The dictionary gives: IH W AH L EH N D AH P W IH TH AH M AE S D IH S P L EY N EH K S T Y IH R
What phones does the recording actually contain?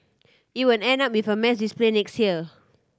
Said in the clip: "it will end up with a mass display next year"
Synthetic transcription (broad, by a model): IH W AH N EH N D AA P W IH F AH M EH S D IH S P L EY N EH K S T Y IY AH